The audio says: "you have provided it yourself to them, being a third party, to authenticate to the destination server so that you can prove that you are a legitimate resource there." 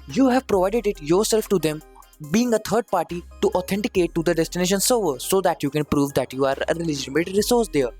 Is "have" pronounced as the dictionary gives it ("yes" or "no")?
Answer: yes